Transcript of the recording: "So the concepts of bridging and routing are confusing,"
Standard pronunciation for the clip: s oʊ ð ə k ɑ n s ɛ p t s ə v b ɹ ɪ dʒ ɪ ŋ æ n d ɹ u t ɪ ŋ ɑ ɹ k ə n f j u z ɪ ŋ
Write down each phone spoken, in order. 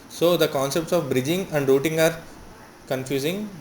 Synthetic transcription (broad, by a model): s oʊ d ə k ɑ n s ɛ p t s ə v b ɹ ɪ dʒ ɪ ŋ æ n d ɹ u t ɪ ŋ ɑ ɹ k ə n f j u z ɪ ŋ